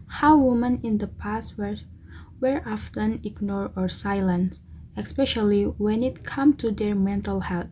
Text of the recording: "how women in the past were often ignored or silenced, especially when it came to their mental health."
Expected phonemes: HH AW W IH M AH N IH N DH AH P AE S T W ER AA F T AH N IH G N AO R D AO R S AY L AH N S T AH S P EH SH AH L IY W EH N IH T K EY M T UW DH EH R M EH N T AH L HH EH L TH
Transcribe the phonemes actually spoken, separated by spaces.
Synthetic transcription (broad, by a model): HH AW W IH M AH N IH N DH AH P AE S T W ER AA F T AH N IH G N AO R AO R S AY L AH N S AH S P EH SH AH L IY W EH N IH T K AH M T UW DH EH R M EH N T AH L HH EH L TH